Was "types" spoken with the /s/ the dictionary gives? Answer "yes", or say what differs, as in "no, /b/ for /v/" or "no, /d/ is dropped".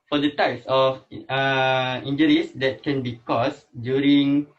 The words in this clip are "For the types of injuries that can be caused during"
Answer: yes